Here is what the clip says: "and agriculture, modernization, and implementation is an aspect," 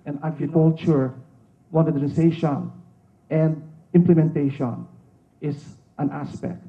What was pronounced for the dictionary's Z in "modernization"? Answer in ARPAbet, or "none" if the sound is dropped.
S